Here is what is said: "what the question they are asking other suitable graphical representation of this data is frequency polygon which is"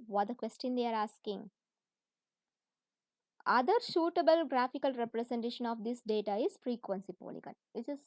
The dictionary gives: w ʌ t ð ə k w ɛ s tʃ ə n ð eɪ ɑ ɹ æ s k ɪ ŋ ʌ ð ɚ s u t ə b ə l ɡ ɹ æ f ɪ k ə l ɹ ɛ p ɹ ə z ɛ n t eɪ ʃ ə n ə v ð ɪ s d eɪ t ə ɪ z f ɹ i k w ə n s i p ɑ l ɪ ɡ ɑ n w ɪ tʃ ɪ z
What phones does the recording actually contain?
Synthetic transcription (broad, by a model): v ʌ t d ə k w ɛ s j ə n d eɪ ɑ ɹ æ s k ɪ ŋ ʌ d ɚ ʃ u t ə b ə l ɡ ɹ æ f ɪ k ə l ɹ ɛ p ɹ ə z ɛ n t eɪ ʃ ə n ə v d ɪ s d eɪ t ə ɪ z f ɹ i k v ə n s i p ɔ l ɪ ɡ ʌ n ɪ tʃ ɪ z